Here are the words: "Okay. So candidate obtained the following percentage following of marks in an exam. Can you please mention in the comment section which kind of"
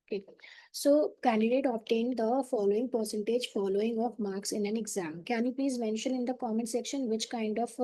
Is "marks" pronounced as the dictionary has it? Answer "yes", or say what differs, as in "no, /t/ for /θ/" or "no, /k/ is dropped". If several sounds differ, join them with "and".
yes